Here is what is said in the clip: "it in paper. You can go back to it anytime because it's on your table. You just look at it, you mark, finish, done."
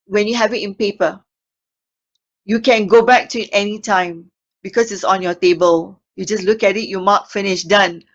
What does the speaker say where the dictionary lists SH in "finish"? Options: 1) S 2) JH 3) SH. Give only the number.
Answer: 3